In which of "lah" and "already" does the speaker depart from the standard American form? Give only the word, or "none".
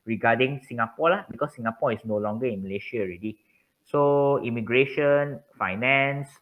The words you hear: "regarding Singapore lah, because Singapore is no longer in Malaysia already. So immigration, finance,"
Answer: none